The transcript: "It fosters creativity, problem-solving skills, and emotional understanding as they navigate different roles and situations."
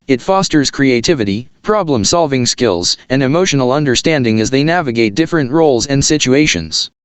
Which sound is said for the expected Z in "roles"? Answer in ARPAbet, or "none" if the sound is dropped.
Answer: Z